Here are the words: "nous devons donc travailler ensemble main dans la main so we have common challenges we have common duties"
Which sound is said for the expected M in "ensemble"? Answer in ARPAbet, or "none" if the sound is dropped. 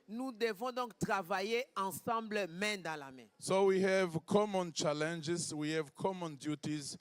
none